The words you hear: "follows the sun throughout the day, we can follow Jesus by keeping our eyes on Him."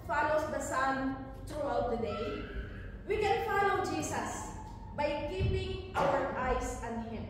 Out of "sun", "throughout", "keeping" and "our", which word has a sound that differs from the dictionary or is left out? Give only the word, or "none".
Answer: throughout